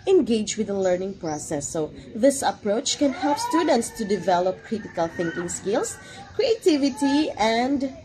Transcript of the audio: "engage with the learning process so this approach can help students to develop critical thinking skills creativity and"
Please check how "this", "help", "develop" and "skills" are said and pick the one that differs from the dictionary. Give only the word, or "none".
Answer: skills